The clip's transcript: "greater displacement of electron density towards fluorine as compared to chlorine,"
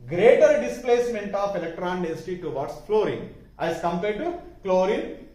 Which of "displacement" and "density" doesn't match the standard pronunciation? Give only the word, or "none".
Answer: density